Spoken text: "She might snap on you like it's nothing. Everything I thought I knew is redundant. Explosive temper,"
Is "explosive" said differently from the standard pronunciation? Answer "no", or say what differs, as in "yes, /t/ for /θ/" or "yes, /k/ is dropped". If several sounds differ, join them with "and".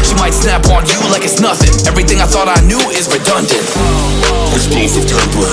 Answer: yes, /k/ is dropped and /l/ is dropped